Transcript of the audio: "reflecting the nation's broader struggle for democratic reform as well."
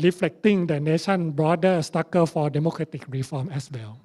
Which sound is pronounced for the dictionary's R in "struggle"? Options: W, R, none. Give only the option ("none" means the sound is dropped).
none